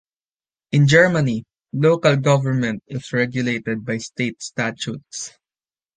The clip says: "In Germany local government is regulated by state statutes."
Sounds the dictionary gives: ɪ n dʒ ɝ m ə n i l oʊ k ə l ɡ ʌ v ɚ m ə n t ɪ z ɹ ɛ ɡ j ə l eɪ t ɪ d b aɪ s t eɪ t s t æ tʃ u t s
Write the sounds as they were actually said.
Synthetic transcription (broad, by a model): ɪ n dʒ ɝ m ə n i l oʊ k ə l ɡ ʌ v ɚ m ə n t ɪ s ɹ ɛ ɡ j ə l eɪ t ɪ d b aɪ s t eɪ t s t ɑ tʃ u t s